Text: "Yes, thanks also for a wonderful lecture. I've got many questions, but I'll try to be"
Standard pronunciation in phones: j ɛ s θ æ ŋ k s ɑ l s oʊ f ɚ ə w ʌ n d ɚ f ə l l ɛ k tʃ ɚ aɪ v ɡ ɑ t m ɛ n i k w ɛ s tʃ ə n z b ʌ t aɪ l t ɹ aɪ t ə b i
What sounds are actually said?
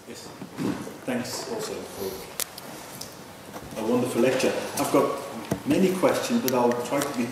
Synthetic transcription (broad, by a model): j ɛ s θ æ ŋ k s ɑ l s oʊ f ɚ ə w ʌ n d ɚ f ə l l ɛ k tʃ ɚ aɪ v ɡ ɑ t m ɛ n i k w ɛ s tʃ ə n z b ʌ t aɪ l t ɹ aɪ t ə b i